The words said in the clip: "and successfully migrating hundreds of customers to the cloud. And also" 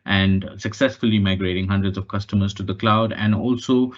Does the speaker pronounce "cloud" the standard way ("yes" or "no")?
yes